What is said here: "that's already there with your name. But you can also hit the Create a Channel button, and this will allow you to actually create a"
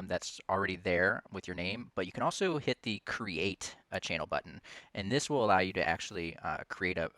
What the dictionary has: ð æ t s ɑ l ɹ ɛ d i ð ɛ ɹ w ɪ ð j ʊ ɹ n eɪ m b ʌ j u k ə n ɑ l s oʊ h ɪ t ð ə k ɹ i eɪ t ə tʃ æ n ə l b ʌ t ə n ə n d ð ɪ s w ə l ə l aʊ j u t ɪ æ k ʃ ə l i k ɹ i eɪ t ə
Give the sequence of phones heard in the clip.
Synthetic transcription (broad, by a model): ð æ t s l ɹ ɛ d i ð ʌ ɹ w ɪ ð j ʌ ɹ n eɪ m b ʌ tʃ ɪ k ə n ɑ l s oʊ h ɪ t ð ə k ɹ i eɪ t ə tʃ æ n l b ʌ t n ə n ð ɪ s w ə l ə l aʊ j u t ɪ æ k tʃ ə l i k ɹ i eɪ t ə